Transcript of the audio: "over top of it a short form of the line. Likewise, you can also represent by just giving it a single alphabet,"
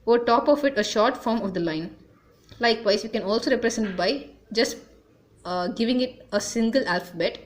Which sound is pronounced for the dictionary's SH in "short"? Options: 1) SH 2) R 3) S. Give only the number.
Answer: 1